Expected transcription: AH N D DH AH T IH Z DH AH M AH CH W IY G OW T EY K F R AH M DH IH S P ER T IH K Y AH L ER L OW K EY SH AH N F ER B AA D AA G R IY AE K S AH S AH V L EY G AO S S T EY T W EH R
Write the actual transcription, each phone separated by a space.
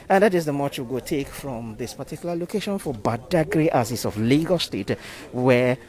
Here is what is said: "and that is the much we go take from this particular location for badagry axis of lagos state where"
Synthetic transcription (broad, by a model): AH N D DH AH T IH Z DH AH M AH CH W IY G OW T EY K F R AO M DH IH S P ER T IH K Y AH L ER L OW K EY SH AH N F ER B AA D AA G R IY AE S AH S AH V L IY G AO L S T EY T W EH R